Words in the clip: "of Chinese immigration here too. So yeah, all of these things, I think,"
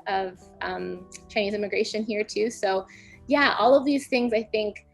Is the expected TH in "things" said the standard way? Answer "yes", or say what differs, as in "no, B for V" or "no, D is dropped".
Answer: yes